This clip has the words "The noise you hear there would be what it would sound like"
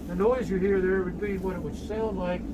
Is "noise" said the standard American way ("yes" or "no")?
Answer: yes